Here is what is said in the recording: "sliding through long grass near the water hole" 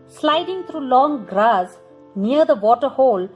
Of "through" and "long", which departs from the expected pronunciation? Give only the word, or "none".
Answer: through